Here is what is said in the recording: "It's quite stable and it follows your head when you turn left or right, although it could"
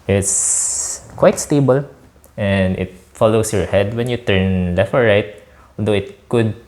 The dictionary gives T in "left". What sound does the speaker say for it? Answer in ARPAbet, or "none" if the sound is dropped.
none